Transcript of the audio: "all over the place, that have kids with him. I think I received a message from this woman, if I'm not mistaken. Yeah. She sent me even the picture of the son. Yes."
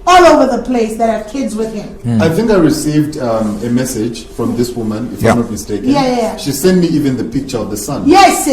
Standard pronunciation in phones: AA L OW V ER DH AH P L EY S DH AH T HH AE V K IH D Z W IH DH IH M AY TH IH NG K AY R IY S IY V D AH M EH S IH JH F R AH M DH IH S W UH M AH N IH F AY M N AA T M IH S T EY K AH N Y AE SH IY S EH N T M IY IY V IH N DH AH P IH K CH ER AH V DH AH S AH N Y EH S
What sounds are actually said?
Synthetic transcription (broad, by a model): AA L OW V ER DH AH P L EY S DH AH T HH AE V K IH D Z W IH DH IH M AY TH IH NG K AY R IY S IY V D AH M EH S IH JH F R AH M DH IH S W UH M AH N IH F AY M N AA T M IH S T EY K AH Y AE SH IY S EH N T M IY IY V IH N DH AH P IH K CH ER AH V DH AH S AH N Y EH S